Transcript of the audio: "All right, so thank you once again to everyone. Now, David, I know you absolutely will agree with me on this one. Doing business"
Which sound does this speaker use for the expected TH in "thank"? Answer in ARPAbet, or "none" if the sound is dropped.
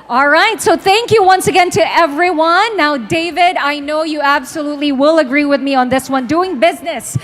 TH